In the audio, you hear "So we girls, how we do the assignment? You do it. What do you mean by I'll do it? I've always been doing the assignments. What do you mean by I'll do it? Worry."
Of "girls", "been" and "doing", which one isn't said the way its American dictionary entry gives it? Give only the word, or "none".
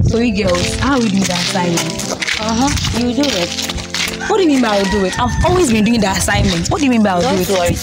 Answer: girls